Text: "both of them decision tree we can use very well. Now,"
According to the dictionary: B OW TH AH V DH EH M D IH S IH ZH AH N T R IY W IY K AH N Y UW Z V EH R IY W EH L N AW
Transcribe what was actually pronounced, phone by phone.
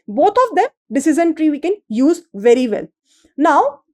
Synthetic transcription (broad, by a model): B OW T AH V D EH M D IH S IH Z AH N T R IY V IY K AH N Y UW Z V EH R IY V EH L N AW